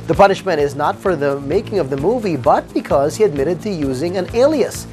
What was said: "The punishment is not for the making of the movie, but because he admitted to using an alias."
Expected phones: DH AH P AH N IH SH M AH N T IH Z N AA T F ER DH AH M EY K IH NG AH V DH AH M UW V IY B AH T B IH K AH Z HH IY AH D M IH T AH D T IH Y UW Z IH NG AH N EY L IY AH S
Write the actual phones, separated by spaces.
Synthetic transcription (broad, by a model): DH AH P AH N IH SH M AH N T IH Z N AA T F ER DH AH M EY K IH NG AH V DH AH M UW V IY B AH T B IH K AH Z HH IY AH D M IH T AH D T IH Y UW Z IH NG AH N EY L IY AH S